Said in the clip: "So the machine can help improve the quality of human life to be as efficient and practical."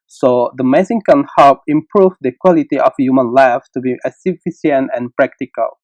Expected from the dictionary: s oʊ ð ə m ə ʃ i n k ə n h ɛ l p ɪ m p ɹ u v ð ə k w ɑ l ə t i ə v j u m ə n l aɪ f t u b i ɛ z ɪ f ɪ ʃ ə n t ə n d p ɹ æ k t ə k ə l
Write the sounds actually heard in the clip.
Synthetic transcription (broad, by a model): s oʊ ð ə m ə s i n k ə n h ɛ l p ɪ m p ɹ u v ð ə k w ɑ l ə t i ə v j u m ə n l aɪ f t u b i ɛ s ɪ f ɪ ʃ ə n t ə n p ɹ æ k t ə k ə l